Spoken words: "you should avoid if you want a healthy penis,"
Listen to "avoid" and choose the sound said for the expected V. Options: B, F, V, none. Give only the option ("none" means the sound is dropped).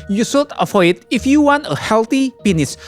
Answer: F